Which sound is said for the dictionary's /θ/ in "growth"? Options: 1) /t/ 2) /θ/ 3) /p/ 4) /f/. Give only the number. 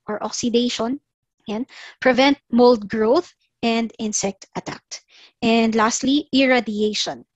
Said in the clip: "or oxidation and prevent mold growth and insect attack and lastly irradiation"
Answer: 2